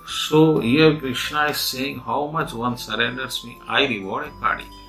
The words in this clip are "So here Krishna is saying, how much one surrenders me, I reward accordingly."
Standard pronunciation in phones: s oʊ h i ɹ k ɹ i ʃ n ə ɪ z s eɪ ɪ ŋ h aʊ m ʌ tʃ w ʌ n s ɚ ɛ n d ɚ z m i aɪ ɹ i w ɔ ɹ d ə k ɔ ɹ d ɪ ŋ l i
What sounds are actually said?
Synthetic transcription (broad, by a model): s oʊ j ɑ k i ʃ ə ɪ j s eɪ ɪ ŋ h aʊ m ʌ tʃ w ʌ n s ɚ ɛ n d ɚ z m i aɪ ɹ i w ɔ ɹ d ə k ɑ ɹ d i